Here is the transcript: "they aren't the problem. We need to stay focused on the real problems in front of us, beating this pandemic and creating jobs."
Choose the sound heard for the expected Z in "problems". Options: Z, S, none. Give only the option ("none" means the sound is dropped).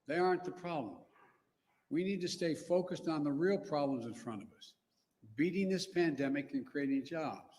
Z